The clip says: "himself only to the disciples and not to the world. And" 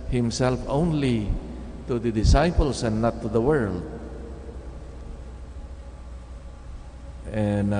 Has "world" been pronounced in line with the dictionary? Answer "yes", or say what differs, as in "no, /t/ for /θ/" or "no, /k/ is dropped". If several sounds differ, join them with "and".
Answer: yes